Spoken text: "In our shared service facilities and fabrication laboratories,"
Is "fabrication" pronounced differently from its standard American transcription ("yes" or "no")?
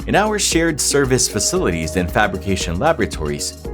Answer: no